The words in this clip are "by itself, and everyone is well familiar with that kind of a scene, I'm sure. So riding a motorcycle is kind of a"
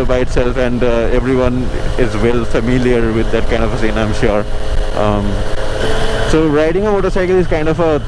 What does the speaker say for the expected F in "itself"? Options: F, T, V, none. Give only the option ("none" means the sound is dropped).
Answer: F